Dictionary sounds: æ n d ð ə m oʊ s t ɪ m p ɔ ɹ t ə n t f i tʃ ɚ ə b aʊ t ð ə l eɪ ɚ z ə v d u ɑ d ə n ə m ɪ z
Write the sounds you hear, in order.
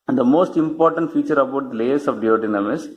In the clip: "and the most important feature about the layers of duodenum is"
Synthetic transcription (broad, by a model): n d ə m oʊ s t ɪ m p ɔ ɹ t ə n t f i tʃ ɚ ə b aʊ t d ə l eɪ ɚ s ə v d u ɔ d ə n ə m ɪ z